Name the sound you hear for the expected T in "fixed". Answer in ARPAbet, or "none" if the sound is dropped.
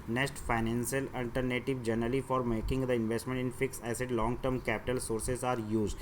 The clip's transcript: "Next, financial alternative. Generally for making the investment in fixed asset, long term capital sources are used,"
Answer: none